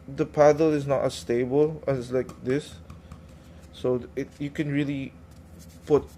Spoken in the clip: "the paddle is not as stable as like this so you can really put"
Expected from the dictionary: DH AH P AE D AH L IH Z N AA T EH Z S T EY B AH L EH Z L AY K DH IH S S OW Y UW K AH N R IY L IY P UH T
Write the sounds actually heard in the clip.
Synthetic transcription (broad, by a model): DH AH P AE D AH L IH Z N AA T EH S T EY B AH L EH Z L AY K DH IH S S OW Y UW K AH N R IY L IY P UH T